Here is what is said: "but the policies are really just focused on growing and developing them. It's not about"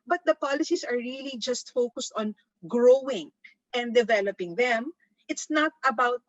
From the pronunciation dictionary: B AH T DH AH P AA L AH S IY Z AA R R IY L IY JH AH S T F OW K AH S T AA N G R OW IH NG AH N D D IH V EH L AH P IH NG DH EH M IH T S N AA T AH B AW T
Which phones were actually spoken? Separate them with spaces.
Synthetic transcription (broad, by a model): B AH T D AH P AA L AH S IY S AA R R IY L IY JH AH S T F OW K AH S T AA N G R OW IH NG AH N D D IH V EH L AH P IH NG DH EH M IH T S N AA T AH B AW T